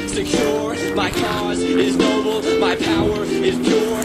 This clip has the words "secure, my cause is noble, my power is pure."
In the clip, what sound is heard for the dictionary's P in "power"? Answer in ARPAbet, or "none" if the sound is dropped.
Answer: P